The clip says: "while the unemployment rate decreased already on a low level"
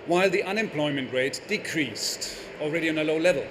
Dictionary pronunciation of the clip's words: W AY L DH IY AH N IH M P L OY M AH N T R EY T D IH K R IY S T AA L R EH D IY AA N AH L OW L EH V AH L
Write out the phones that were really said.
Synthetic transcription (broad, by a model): W AY L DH IY AH N IH M P L OY M AH N T R EY T D IH K R IY S T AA L R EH D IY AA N AH L OW L EH V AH L